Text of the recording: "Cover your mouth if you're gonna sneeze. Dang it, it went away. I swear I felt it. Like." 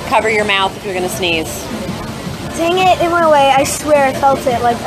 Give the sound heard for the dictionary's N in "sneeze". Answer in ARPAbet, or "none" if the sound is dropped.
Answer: N